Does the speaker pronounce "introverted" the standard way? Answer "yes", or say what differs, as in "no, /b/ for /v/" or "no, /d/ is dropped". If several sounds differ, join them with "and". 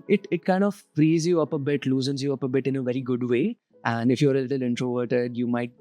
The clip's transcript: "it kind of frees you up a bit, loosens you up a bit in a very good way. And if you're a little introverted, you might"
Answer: yes